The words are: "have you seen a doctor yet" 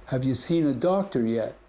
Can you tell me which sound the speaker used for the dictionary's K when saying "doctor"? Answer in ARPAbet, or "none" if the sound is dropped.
K